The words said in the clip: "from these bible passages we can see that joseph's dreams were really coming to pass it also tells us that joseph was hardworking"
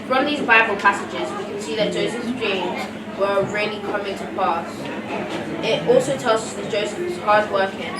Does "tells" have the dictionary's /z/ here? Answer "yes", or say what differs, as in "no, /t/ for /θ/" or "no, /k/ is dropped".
yes